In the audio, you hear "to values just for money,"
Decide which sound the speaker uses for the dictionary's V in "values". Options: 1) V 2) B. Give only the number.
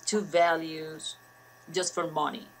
1